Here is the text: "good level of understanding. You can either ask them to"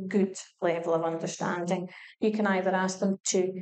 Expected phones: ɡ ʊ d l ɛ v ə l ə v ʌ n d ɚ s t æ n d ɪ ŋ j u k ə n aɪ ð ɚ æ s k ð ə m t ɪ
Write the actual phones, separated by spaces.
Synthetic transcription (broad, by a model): ɡ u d l ɛ v ə l ə v ʌ n d ɚ s t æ n d ɪ ŋ j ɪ k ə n aɪ ð ɚ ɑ s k ð ə m t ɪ